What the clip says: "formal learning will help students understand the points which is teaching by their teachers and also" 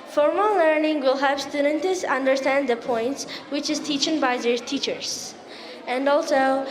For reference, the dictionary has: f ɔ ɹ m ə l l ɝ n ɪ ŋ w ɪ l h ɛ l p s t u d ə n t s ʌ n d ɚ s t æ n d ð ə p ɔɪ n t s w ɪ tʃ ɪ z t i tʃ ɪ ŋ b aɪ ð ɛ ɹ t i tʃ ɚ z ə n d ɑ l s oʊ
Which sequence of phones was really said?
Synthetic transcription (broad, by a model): f ɔ ɹ m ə l l ɝ n ɪ ŋ w ɪ l h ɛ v s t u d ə n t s ʌ n d ɚ s t æ n d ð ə p ɔɪ n t s w ɪ tʃ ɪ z t i tʃ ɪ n b aɪ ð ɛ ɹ t i tʃ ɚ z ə n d ɑ l s oʊ